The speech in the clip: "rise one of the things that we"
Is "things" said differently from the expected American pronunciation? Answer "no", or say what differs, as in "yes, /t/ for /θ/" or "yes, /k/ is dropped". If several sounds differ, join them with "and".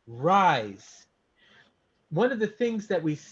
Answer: no